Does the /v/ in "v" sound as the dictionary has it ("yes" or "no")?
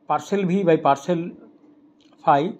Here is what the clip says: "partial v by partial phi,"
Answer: no